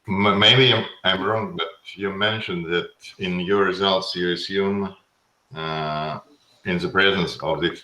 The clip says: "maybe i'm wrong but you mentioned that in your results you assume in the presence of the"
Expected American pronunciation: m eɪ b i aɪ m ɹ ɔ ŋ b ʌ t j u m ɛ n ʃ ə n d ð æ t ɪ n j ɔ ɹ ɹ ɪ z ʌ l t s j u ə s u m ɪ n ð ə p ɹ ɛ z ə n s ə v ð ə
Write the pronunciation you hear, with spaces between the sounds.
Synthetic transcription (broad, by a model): m eɪ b i aɪ m ɹ ɔ ŋ b ʌ t j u m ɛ n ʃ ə n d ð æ t ɪ n j ɔ ɹ ɹ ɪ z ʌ l t s j u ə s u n ɪ n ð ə p ɹ ɛ z ə n s ə v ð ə